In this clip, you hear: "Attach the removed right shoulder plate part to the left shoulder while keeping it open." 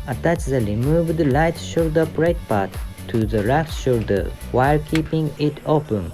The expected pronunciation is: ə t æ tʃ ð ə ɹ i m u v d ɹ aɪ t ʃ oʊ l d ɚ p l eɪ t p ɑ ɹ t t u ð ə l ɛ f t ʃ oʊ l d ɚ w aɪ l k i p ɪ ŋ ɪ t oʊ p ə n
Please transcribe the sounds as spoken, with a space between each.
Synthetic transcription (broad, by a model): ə t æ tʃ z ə l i m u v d l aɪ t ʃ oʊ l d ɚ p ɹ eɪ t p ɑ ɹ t t u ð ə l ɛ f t ʃ oʊ l d ɚ w aɪ l k i p ɪ ŋ ɪ t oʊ p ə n